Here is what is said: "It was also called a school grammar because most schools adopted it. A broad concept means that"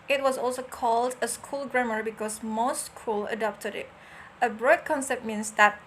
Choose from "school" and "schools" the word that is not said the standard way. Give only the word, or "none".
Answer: schools